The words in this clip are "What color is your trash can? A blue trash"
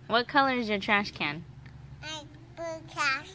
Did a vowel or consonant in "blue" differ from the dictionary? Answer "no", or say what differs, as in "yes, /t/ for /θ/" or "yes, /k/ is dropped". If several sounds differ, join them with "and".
yes, /l/ is dropped